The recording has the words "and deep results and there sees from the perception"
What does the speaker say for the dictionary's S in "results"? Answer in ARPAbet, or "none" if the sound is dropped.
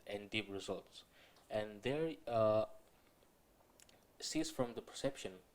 S